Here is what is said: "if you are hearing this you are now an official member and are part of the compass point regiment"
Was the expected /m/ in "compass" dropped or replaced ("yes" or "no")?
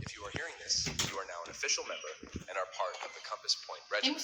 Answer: no